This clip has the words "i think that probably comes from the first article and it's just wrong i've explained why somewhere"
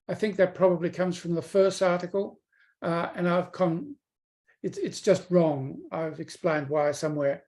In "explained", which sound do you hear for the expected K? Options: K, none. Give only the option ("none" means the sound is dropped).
K